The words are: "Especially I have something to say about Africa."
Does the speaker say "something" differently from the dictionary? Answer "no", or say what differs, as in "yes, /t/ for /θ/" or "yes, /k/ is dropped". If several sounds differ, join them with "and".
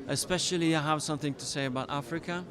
no